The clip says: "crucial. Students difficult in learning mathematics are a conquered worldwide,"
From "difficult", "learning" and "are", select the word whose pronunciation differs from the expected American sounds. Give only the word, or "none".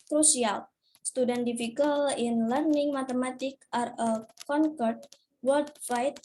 difficult